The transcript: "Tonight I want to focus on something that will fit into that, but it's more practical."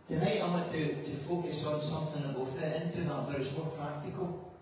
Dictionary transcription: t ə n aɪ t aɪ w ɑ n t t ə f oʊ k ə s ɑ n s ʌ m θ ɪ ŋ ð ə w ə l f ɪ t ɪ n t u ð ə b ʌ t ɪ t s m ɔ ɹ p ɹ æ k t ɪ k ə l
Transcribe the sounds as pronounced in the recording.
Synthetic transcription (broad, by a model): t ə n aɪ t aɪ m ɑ t t ə f oʊ k ə s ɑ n s ʌ m θ ɪ ŋ ð ə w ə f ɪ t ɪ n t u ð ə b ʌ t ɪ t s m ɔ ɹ p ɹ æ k t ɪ k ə l